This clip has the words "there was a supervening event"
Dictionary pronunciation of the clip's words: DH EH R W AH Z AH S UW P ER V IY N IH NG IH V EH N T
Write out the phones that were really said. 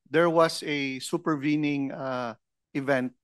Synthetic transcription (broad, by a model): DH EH R W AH S AH S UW P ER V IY N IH NG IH V EH N T